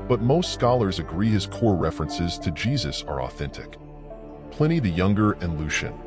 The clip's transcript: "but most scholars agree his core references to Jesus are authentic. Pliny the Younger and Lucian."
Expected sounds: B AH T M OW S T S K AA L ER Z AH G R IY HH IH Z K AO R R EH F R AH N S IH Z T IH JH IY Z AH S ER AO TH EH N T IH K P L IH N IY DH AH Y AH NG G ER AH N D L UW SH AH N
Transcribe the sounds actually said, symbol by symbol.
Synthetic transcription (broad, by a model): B AH T M OW S T S K AA L ER Z AH G R IY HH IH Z K AO R R EH F R AH N S IH Z T IH JH IY Z AH S ER AO TH EH N T IH K P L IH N IY DH AH Y AH NG G ER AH N L UW SH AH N